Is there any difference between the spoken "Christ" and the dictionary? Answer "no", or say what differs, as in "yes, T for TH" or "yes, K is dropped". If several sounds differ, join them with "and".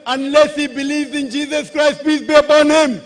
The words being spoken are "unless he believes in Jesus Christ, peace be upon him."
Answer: no